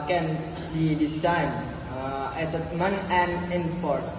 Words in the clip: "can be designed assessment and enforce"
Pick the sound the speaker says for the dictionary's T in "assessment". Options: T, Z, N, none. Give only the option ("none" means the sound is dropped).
none